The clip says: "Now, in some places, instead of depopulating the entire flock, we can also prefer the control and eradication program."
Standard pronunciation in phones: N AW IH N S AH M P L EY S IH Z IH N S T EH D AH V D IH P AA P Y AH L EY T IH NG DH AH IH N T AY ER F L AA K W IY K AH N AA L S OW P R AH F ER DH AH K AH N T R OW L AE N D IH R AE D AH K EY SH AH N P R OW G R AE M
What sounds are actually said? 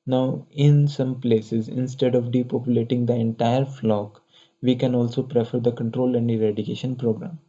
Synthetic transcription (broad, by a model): N AW IH N S AH M P L EY S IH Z IH N S T EH D AH V D IH P AA P Y AH L EY T IH NG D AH IH N T AY ER F L AA K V IY K AH N AA L S OW P R AH F ER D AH K AH N T R OW L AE N D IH R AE D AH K EY SH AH N P R OW G R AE M